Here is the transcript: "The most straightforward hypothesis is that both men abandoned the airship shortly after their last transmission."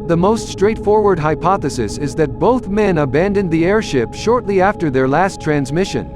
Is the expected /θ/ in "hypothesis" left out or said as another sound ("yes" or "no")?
no